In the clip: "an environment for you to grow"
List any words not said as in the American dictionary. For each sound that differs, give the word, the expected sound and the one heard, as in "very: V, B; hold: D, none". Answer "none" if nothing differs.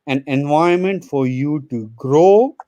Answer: environment: R, none